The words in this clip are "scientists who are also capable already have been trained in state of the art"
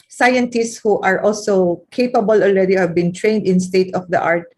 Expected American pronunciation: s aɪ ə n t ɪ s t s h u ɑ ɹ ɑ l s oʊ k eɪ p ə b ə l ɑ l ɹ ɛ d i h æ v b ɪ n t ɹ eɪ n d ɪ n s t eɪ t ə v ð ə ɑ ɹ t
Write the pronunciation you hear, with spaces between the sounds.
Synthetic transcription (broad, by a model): s aɪ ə n t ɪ s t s h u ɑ ɹ ɑ l s oʊ k eɪ p ə b ə l ɑ l ɹ ɛ d i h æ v b ɪ n t ɹ eɪ n d ɪ n s t eɪ t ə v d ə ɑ ɹ t